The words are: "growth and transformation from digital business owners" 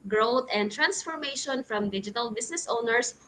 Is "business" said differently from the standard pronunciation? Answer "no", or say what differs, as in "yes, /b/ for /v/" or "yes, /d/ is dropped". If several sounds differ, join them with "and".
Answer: yes, /s/ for /z/